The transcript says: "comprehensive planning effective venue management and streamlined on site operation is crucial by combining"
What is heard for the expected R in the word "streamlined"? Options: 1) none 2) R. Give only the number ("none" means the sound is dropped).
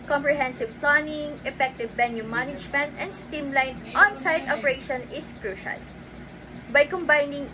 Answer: 1